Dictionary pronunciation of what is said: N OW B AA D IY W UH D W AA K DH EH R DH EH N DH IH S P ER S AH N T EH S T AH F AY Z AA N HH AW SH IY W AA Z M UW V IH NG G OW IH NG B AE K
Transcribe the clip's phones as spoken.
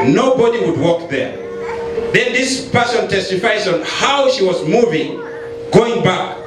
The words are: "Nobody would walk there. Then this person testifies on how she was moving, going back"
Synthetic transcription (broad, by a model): N OW B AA D IY W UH D W AA K DH EH R DH EH N DH IH S P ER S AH N T EH S T AH F AY Z AA N HH AW SH IY W AA Z M UW V IH NG G OW IH NG B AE K